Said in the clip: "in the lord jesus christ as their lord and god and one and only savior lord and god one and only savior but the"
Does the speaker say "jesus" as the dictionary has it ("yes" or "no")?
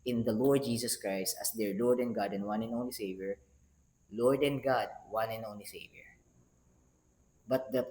no